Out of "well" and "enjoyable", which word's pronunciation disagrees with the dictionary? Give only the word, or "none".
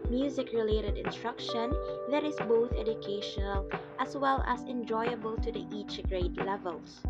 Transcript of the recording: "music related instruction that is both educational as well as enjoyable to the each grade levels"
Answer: none